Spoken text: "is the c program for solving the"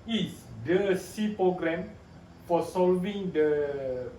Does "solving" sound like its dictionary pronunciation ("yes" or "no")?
yes